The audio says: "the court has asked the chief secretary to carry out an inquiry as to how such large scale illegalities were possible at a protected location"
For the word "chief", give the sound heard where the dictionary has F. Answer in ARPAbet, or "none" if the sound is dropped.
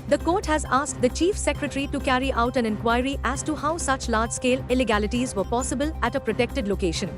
F